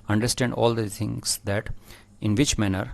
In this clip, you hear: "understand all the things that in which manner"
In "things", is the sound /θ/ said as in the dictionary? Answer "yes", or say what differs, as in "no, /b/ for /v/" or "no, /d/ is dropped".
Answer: no, /t/ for /θ/